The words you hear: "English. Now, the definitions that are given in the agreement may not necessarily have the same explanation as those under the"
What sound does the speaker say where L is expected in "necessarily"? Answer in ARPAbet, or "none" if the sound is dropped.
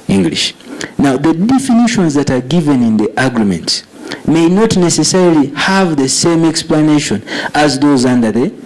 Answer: L